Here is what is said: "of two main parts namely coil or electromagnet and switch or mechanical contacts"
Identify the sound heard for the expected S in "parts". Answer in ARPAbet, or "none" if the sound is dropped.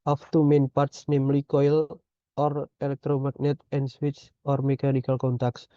S